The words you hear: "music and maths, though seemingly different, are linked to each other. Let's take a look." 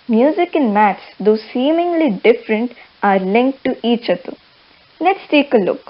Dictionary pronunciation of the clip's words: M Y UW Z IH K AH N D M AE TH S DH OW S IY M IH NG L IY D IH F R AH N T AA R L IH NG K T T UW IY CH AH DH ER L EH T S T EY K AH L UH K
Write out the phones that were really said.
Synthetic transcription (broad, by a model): M Y UW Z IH K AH N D M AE T S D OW S IY M IH NG L IY D IH F R AH N T AA R L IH NG K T T UW IY CH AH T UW N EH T S T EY K AH L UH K